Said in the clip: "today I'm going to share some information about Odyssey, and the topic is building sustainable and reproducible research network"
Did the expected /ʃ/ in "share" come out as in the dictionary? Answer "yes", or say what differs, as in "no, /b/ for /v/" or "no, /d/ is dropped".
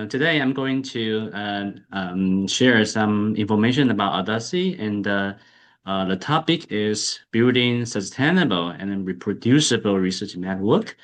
yes